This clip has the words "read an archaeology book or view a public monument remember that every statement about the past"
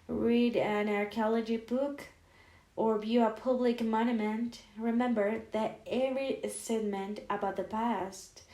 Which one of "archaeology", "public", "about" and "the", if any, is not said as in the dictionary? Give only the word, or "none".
none